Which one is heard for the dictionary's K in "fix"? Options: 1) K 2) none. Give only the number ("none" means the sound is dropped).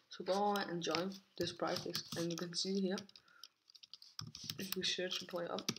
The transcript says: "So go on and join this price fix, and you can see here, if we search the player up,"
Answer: 2